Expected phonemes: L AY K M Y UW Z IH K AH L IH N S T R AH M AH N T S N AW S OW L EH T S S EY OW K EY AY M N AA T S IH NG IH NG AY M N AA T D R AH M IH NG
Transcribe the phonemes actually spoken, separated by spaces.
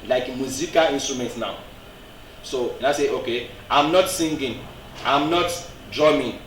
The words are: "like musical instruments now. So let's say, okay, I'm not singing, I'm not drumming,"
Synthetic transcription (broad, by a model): L AY K M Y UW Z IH K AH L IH N S T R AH M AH N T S N AW S OW N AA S S EY OW K EY AY M N AA T S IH NG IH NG AY M N AA T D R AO M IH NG